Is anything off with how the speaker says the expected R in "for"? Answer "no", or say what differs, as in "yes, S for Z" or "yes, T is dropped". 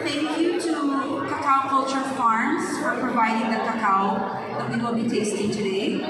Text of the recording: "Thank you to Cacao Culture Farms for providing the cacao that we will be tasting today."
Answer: no